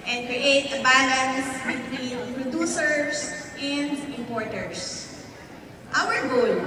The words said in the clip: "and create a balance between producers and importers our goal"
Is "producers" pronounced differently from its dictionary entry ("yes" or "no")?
yes